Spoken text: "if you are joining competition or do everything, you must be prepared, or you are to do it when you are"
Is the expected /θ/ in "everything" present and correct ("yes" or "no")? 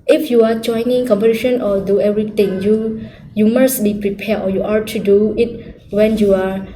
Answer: no